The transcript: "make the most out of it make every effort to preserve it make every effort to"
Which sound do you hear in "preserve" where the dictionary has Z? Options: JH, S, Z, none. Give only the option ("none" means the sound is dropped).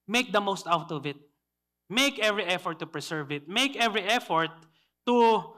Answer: S